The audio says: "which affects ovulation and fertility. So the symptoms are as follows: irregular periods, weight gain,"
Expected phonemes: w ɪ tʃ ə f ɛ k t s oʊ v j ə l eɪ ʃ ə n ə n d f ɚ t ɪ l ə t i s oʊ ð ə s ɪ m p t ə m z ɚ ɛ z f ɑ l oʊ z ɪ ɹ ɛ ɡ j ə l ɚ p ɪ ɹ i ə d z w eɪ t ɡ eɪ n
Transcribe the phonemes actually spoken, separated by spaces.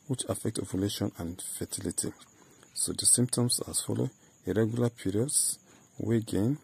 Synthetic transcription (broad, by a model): w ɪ tʃ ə f ɛ k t oʊ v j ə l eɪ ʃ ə n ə n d f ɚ t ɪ l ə t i s oʊ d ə s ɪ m p t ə m s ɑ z f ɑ l oʊ ɪ ɹ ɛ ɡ j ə l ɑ p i ɹ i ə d s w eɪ ɡ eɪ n